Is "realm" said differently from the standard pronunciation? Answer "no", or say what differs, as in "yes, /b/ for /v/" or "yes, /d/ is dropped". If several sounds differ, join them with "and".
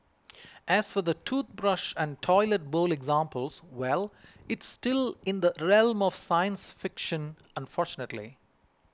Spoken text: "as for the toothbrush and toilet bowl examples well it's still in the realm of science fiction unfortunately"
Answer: no